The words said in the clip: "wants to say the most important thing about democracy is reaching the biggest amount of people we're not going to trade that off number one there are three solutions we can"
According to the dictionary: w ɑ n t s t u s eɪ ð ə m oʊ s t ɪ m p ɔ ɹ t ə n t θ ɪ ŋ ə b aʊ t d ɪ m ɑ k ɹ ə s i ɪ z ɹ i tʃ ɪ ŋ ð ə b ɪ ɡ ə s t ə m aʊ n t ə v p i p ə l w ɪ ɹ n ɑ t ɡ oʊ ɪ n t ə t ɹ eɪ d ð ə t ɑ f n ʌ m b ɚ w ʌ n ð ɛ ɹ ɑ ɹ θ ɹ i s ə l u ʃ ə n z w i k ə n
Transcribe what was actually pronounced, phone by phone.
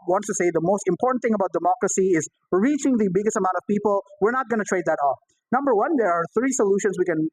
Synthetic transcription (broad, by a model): w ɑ n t s t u s eɪ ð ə m oʊ s t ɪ m p ɔ ɹ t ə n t θ ɪ ŋ ə b aʊ t d ɪ m ɑ k ɹ ə s i ɪ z ɹ i tʃ ɪ ŋ ð ə b ɪ ɡ ə s t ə m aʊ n t ə v p i p ə l w ɪ ɹ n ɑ t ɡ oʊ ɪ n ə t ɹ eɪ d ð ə t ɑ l n ʌ m b ɚ w ʌ n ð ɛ ɹ ɑ ɹ θ ɹ i s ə l u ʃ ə n s w i k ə n